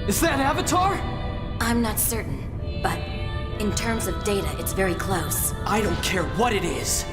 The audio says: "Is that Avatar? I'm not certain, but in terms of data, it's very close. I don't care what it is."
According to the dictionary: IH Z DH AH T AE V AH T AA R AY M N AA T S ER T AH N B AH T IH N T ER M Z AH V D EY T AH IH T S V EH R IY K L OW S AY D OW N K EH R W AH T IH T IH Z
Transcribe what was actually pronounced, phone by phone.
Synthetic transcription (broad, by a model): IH Z DH AH T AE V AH T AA R AY M N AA T S ER T N B AH T IH N T ER M Z AH V D EY T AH IH T S V EH R IY K L OW S AY D OW N K EH R W AH T IH T IH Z